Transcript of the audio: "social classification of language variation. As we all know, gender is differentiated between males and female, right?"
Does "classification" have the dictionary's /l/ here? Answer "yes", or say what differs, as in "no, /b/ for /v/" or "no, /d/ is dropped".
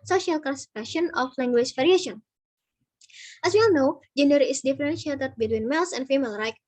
no, /l/ is dropped